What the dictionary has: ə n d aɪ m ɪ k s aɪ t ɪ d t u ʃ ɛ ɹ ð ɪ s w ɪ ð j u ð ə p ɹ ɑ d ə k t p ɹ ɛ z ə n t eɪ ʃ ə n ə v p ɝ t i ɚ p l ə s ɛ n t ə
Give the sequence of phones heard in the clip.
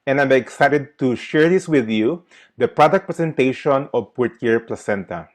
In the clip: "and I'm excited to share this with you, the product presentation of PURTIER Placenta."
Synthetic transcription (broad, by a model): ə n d aɪ m ɪ k s aɪ t ɪ d t u ʃ ɛ ɹ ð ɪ s w ɪ ð j u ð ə p ɹ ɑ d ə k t p ɹ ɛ s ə n t eɪ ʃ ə n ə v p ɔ t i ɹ p l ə s ɛ n t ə